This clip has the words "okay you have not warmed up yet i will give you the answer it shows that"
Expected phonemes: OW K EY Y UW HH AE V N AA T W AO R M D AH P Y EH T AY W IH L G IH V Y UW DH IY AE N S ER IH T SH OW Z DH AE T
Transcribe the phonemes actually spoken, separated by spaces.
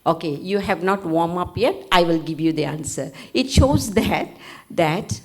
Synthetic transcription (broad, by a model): OW K EY Y UW HH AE V N AA T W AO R M AH P Y EH T AY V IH L G IH V Y UW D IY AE N S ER IH T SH OW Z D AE T